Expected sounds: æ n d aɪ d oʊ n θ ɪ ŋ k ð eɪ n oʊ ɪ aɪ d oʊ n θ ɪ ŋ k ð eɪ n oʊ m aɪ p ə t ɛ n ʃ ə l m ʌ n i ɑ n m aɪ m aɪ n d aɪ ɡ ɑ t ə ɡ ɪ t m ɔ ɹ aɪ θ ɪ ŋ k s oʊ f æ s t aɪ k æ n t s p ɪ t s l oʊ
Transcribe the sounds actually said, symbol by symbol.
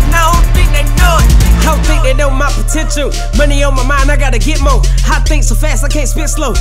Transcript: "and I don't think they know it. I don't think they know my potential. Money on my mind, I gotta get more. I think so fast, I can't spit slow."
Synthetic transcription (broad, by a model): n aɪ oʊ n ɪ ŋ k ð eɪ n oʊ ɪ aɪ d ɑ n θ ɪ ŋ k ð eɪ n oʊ m aɪ p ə t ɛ n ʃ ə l m ʌ n i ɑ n m aɪ m aɪ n aɪ ɡ ɑ t ə ɡ ɪ t m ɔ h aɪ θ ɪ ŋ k s oʊ f æ s t aɪ k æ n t s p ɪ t s l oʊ